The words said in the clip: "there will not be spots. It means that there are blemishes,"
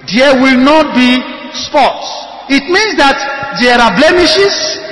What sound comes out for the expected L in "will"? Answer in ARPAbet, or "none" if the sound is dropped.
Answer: L